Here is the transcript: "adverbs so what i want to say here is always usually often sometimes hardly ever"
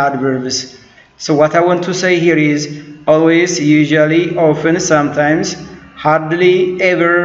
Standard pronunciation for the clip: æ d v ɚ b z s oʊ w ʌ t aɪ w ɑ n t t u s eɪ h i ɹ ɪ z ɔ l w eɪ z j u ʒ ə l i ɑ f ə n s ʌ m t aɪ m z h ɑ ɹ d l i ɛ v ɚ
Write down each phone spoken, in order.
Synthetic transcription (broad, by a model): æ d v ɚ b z s oʊ w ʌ t aɪ w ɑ n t t u s eɪ h i ɹ ɪ z ɔ l w eɪ z j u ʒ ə l i ɑ f ə n s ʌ m t aɪ m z h ɑ ɹ d l i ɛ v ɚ